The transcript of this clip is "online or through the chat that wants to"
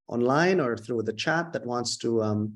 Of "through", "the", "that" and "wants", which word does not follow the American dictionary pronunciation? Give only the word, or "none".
none